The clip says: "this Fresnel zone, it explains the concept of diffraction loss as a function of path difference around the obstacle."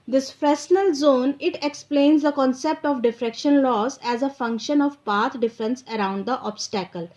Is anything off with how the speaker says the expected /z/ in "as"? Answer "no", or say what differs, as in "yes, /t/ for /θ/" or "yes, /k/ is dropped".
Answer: no